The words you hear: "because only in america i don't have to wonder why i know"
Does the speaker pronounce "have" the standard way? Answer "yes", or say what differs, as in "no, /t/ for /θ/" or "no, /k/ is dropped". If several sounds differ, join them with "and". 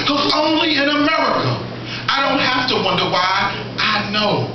no, /f/ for /v/